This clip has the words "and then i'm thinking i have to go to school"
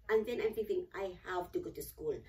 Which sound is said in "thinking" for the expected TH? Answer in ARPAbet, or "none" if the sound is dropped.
S